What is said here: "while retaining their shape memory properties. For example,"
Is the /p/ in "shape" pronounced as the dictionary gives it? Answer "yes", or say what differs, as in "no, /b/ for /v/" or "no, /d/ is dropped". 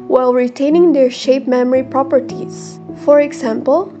yes